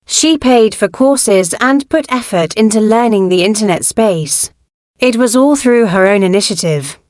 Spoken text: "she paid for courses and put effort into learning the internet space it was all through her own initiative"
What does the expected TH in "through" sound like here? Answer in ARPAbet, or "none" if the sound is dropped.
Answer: TH